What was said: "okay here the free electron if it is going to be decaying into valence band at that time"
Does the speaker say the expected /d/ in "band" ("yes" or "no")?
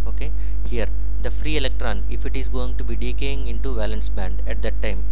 yes